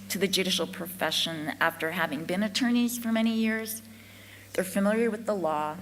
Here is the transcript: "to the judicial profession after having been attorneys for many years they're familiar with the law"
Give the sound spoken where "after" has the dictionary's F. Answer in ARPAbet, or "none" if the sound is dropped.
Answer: F